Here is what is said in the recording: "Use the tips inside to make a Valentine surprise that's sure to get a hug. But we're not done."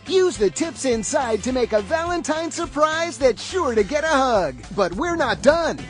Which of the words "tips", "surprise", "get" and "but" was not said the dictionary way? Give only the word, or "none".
none